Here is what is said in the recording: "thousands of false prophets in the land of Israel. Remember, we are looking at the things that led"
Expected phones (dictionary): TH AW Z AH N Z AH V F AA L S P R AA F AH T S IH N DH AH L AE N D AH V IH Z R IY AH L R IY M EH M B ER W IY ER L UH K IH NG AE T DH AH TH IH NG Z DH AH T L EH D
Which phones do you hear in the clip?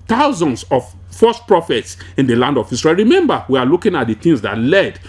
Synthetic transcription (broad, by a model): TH AW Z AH N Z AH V F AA S P R AA F AH T S IH N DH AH L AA N D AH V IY S R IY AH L R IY M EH M B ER W IY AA L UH K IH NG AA T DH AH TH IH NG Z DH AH T L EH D